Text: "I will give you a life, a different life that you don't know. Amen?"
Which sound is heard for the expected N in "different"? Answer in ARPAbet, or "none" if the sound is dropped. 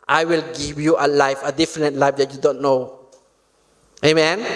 none